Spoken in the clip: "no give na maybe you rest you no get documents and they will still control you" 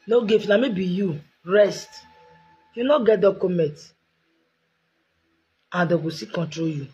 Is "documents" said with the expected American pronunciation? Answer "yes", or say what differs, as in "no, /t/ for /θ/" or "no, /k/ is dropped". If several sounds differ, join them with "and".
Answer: no, /s/ is dropped